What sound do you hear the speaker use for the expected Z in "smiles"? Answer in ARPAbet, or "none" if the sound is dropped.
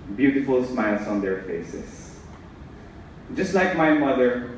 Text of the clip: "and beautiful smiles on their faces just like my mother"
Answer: S